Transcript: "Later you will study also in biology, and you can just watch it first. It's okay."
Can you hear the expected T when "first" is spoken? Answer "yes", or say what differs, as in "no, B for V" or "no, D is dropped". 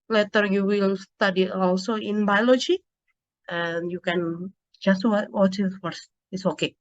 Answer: no, T is dropped